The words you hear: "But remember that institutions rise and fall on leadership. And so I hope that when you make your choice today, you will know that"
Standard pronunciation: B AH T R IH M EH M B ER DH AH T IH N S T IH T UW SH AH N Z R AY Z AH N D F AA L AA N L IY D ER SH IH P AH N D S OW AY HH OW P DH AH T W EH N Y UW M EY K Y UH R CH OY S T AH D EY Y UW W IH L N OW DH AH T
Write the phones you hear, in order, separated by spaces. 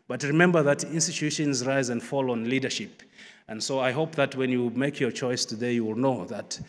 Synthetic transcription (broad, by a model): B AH T R IH M EH M B ER DH AH T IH N S T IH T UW SH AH N Z R AY Z AH N D F AA L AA N L IY D ER SH IH P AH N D S OW AY HH OW P DH AH T W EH N Y UW M EY K Y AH R CH OY S T AH D EY Y UW W IH L N OW DH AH T